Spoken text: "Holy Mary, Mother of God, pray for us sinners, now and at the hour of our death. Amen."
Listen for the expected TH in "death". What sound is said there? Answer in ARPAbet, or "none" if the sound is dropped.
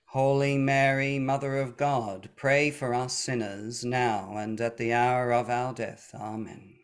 TH